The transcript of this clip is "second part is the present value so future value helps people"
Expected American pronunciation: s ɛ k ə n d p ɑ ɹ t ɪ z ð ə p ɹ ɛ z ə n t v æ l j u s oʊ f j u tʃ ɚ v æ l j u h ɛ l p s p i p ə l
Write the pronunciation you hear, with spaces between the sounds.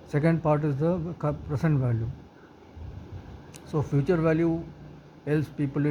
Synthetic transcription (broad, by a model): s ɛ k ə n d p ɑ ɹ t ɪ z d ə p ɹ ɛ s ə n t v æ l j u s oʊ f j u tʃ ɚ v æ l j u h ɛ l s p i p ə l